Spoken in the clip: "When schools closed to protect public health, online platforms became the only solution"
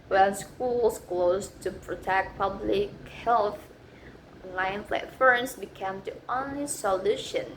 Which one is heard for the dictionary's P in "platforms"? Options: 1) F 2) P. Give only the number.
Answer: 1